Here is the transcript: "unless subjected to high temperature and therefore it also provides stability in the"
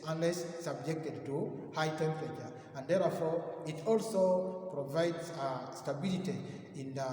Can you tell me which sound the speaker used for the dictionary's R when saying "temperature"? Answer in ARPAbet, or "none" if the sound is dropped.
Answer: none